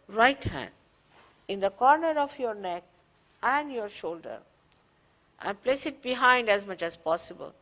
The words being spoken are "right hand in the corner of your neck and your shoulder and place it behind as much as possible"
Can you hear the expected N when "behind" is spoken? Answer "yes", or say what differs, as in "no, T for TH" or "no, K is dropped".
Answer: yes